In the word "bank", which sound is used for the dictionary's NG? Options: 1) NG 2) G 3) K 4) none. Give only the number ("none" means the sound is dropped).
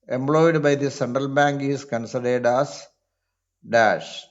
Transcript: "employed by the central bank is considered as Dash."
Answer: 1